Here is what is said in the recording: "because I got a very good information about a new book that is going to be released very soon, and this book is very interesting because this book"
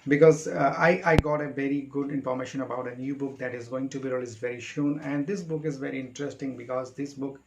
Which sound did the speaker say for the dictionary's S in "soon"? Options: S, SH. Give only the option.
SH